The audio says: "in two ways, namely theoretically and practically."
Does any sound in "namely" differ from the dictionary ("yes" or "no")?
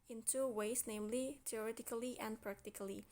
no